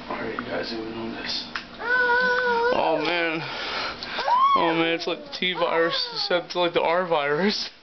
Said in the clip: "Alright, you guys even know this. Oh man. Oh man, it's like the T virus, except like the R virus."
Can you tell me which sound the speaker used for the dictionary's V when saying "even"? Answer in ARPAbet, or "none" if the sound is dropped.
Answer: none